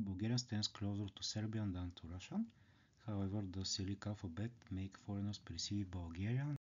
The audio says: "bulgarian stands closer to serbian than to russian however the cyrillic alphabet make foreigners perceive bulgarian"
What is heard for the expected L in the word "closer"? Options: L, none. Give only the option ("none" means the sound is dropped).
L